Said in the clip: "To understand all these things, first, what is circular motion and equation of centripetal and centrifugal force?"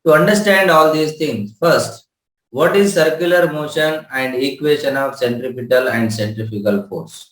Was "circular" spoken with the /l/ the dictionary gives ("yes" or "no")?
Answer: yes